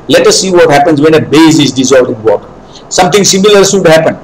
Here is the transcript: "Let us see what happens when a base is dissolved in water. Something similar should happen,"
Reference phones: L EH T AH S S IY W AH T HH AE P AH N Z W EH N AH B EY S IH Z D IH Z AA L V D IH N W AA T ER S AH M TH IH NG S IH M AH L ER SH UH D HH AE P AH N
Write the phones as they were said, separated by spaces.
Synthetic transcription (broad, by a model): L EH T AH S S IY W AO T HH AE P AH N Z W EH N AH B EY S IH Z D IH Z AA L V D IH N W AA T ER S AH M T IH NG S IH M AH L ER S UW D HH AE P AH N